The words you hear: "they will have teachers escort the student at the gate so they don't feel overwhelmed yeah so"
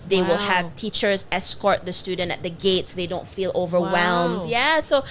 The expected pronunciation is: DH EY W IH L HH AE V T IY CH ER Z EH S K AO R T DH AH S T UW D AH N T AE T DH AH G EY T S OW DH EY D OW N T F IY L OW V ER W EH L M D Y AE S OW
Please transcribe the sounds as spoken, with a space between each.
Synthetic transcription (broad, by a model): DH EY W IH L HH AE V T IY CH ER Z EH S K AO R T DH AH S T UW D N T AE T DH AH G EY T S OW DH EY D OW N T F IY L OW V ER W EH L M D Y AE S OW